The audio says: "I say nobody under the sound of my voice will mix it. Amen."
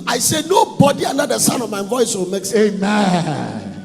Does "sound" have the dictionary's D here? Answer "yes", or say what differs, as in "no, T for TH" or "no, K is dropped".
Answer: no, D is dropped